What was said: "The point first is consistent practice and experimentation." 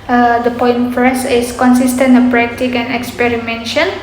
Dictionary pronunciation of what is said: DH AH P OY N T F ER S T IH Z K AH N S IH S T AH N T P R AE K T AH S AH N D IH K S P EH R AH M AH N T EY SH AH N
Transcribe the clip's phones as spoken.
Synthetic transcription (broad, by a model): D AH P OY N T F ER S IH S K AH N S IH S T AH N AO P R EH K T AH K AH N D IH K S P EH R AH M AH N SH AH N